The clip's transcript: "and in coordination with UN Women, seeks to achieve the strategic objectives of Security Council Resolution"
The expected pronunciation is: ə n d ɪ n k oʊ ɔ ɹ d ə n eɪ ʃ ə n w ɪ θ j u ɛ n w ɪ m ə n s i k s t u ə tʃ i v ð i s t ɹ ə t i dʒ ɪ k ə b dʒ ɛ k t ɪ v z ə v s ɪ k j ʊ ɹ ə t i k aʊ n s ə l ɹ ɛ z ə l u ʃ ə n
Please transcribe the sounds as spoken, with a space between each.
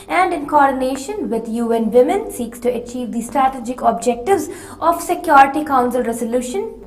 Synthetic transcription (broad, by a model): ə n d ɪ n k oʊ ɔ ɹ d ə n eɪ ʃ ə n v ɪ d j u ɛ n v ɪ m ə n s i k s t u ə tʃ i v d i s t ɹ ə t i dʒ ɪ k ə b dʒ ɛ k t ɪ v z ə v s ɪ k j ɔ ɹ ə t i k aʊ n s ə l ɹ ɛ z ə l u ʃ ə n